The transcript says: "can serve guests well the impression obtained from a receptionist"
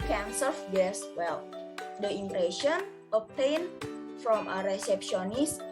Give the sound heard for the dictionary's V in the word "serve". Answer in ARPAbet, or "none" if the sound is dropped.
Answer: F